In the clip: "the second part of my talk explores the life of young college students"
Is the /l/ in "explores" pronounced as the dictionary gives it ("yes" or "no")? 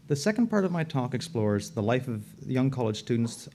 yes